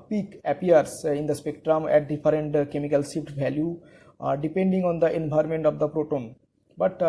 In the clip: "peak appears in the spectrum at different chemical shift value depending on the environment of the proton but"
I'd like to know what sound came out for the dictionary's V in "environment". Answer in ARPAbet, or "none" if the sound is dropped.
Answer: B